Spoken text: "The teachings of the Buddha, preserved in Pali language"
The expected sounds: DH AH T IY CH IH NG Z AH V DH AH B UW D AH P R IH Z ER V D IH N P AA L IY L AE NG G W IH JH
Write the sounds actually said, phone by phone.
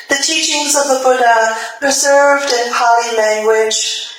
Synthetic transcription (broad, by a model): DH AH T IY CH IH NG Z AH V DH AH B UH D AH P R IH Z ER V D IH N P AA L IY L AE NG G W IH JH